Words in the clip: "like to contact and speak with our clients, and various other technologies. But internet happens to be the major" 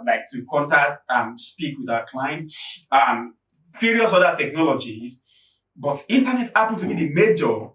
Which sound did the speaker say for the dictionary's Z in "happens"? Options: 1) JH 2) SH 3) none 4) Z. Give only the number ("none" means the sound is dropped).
3